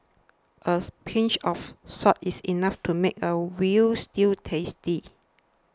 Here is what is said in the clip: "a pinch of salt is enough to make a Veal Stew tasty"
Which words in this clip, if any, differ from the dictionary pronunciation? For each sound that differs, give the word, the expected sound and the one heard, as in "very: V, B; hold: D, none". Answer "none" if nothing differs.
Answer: of: V, F; salt: L, none; is: Z, S; veal: V, W